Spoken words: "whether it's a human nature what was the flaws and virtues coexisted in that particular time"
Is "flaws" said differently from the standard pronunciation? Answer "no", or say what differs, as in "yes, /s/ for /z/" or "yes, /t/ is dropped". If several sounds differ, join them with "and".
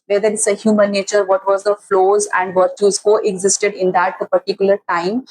no